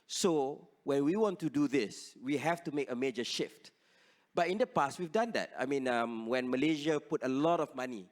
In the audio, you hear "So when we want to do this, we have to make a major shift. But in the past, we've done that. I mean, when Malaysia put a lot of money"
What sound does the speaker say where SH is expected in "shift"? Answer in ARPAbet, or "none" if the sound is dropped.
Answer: SH